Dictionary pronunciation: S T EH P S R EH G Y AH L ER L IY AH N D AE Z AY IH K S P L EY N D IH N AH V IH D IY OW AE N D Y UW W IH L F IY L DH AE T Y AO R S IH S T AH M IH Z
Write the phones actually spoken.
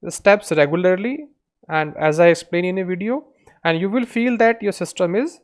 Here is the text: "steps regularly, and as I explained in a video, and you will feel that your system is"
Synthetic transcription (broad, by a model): S T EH P S R EH G Y AH L ER L IY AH N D AE Z AY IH K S P L EY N IH N AH V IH D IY OW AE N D Y UW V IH L F IY L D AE T Y AO R S IH S T AH M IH Z